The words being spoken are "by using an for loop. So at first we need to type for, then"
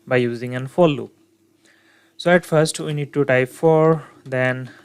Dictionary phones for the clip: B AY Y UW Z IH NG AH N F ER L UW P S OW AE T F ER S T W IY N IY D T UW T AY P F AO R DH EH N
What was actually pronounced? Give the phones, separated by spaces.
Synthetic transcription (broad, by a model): B AY Y UW Z IH NG AH N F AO L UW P S OW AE T F ER S T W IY N IY D T UW T AY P F AO R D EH N